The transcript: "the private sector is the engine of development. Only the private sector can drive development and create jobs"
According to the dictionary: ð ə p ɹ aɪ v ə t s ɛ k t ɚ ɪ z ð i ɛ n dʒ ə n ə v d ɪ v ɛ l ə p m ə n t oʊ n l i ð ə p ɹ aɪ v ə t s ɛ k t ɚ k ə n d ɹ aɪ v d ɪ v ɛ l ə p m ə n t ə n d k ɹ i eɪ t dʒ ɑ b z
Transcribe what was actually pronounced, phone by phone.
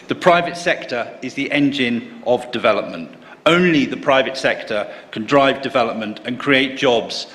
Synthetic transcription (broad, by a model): ð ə p ɹ aɪ v ə t s ɛ k t ɚ ɪ z ð i ɛ n dʒ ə n ə v d ɪ v ɛ l ə p m ə n t oʊ n l i ð ə p ɹ aɪ v ə t s ɛ k t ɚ k ə n d ɹ aɪ v d ɪ v ɛ l ə p m ə n t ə n k ɹ i eɪ t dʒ ɑ b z